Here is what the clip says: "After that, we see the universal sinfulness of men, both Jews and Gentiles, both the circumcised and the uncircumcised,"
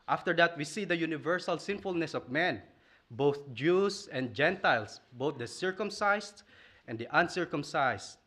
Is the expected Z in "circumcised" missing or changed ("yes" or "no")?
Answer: yes